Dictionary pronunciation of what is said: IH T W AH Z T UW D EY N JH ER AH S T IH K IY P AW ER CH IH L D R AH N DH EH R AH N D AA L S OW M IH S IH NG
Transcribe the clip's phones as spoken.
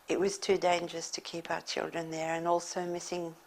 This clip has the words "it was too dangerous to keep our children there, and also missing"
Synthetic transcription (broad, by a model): IH T W AH Z T UW D EY N JH ER AH S T IH K IY P AW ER CH IH L D R AH N DH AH R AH N AA L S OW M IH S IH NG